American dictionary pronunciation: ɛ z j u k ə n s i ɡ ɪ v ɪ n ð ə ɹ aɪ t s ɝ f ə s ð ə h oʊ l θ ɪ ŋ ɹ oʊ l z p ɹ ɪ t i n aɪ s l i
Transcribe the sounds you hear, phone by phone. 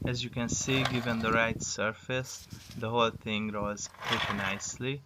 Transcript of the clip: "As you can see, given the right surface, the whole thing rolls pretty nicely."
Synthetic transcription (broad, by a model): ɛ z j u k ə n s i ɡ ɪ v ɪ n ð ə ɹ aɪ t s ɝ f ə s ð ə h oʊ l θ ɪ ŋ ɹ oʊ z p ɹ ɪ t i n aɪ s l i